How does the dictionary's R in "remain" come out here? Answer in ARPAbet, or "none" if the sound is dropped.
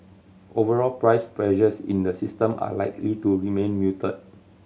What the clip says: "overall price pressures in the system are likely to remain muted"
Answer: R